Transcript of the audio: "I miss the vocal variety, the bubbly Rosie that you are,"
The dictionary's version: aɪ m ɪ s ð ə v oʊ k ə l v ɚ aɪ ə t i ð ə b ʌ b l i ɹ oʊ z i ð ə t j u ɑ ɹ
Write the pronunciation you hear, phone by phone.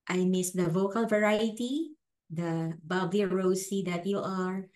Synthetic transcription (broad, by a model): aɪ m ɪ s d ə v oʊ k ə l v ɚ aɪ ə t i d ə b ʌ b l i ɹ oʊ s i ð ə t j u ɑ ɹ